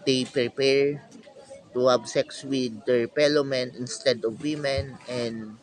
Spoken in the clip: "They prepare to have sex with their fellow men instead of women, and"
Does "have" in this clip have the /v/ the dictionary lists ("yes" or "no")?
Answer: no